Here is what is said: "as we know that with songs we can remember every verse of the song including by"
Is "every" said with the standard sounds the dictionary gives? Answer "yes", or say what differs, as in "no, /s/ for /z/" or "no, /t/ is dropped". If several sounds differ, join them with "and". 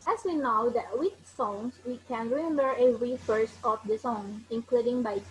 no, /v/ is dropped